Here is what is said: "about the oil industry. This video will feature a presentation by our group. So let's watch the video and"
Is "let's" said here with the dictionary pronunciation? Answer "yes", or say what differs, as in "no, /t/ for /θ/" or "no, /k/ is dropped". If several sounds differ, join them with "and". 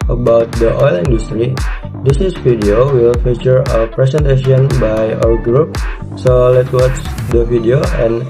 no, /s/ is dropped